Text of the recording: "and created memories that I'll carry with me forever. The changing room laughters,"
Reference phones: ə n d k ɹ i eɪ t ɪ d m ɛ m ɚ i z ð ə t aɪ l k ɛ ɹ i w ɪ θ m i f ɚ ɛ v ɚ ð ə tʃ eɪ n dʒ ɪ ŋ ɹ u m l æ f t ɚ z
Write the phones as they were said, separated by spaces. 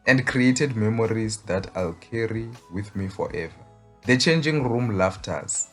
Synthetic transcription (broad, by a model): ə n d k ɹ i eɪ t ɪ d m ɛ m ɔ i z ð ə t aɪ l k ɛ ɹ i w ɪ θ m i f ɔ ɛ v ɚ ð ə tʃ eɪ n dʒ ɪ ŋ ɹ u m l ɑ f t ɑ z